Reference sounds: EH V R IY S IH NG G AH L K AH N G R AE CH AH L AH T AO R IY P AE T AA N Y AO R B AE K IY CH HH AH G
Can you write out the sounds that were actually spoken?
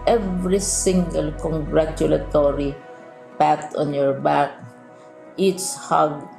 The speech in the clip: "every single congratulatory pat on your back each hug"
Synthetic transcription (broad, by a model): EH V R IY S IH NG G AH L K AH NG G R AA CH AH L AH T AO R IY P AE T AA N Y AO R B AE K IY S HH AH G